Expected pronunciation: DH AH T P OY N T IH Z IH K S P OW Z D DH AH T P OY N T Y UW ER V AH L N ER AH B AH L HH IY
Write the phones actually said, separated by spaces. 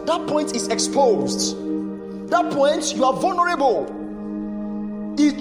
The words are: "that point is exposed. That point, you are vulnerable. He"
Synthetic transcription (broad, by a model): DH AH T P OY N T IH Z IH K S P OW Z D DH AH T P OY N T Y UW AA V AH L N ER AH B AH L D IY